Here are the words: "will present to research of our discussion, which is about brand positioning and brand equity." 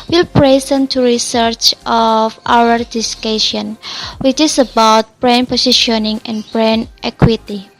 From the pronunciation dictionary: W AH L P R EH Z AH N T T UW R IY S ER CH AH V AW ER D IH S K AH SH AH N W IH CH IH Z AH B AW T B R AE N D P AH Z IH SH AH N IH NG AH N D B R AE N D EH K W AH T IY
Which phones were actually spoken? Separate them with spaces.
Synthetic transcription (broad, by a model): W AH L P R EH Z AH N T T UW R IY S ER CH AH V AW ER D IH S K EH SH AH N W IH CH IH S AH B AW T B R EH N P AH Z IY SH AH N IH NG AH N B R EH N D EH K W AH T IY